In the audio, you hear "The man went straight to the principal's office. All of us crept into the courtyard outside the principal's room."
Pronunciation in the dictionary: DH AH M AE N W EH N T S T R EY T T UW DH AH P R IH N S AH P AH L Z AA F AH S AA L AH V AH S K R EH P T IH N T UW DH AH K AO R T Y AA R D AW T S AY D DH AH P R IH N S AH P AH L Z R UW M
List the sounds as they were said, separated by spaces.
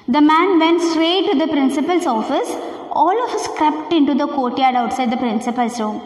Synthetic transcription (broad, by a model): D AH M AE N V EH N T S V EY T T UW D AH P R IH N S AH P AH L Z AA F AH S AA L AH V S K R EH P T IH N T UW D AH K AO T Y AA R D AW T S AY D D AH P R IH N S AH P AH L S R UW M